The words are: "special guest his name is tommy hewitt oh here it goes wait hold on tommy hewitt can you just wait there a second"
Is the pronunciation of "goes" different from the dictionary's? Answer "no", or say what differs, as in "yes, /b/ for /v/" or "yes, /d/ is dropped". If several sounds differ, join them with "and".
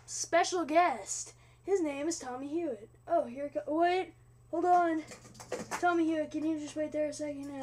yes, /z/ is dropped